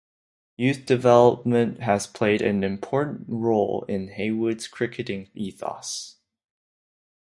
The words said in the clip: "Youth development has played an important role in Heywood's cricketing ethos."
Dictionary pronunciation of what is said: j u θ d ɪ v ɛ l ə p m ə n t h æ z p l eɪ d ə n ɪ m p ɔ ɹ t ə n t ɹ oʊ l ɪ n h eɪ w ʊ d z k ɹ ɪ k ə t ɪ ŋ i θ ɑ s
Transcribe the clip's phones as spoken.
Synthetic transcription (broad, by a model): j u θ d ɪ v ɛ l ə p m ə n t h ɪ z p l eɪ d ə n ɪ m p ɔ ɹ t n ɹ oʊ l ɪ n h eɪ w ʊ d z k ɹ ɪ k ə t ɪ ŋ i θ ɑ s